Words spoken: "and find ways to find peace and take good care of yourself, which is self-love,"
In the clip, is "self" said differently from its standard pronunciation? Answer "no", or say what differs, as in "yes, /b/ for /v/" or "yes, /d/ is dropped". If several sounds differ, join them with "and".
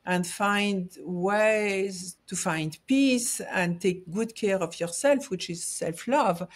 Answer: no